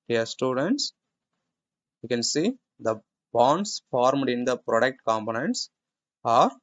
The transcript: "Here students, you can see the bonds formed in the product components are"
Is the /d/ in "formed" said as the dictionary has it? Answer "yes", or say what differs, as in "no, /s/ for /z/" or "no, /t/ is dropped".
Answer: yes